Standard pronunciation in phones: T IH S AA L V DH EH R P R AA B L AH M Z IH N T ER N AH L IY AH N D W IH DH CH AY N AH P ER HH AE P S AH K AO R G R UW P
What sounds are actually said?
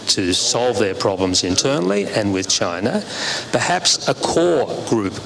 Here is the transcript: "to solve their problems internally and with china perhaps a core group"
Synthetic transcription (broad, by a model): T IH S AA L V DH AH R P R AA B L AH M Z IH N T ER N L IY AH N W IH DH CH AY N AH P ER HH AE P S AH K AO R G R UW P